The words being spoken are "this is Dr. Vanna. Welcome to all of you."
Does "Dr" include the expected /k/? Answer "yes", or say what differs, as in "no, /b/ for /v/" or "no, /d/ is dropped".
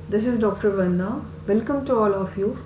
yes